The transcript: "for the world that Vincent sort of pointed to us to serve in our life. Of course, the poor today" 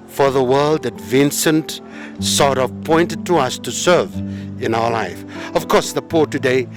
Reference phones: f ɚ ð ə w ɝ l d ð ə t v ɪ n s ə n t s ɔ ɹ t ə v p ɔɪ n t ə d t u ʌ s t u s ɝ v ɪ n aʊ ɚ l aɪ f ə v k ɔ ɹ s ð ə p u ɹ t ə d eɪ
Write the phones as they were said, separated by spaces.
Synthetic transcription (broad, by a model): f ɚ ð ə w ɝ l d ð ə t v ɪ n s ə n t s ɔ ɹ t ə v p ɔɪ n t ə d t u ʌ s t u s ɝ v ɪ n aʊ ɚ l aɪ f ə v k ɔ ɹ s ð ə p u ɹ t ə d eɪ